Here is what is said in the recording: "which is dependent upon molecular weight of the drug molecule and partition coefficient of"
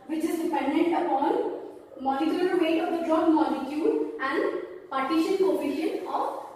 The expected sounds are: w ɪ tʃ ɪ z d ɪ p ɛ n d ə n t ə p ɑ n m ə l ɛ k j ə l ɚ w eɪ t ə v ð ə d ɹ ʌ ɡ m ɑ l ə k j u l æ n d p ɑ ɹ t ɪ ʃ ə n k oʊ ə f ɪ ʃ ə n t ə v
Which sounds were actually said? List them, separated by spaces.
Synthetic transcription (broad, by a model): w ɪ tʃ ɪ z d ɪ p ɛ n d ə n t ə p ɑ n m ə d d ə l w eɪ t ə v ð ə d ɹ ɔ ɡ m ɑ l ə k j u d æ n d p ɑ ɹ t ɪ ʃ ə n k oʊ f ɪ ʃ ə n ə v